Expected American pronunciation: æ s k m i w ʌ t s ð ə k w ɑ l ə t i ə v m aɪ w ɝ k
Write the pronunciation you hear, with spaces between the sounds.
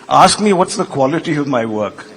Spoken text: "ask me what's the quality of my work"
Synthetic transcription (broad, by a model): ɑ s k m i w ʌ t s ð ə k w ɑ l ə t i ə v m aɪ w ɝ k